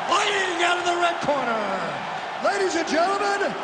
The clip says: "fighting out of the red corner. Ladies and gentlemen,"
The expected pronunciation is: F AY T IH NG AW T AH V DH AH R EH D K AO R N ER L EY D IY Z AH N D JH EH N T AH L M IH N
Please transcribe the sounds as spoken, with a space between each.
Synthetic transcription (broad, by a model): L AY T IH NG AW T AH V DH AH R EH D K AO R N ER L EY D IY Z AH N JH EH N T L M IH N